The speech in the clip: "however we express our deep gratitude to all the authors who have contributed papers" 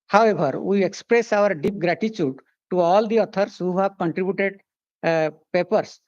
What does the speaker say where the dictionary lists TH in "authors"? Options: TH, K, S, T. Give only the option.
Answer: T